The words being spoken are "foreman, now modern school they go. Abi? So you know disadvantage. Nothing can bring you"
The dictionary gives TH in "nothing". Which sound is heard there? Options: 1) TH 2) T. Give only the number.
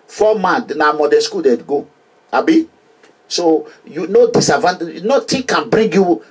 2